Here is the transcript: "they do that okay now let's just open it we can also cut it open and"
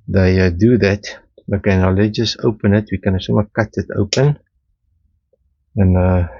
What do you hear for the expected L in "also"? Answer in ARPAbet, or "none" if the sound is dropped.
none